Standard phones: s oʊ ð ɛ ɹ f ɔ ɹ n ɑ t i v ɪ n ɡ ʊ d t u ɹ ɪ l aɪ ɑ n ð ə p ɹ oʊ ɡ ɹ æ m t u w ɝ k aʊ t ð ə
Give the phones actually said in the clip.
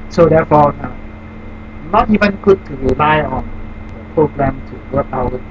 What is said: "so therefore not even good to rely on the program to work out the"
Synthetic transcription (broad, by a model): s oʊ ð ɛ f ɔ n n ɑ t i v ɪ n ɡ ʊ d t u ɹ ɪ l aɪ ɑ n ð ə p ɹ oʊ ɡ ɹ æ m t u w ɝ aʊ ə